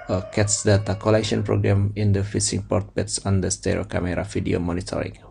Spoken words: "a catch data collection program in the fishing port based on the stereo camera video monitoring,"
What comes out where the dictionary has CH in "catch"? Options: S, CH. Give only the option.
S